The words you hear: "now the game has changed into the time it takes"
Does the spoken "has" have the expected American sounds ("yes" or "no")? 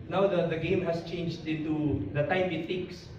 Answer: no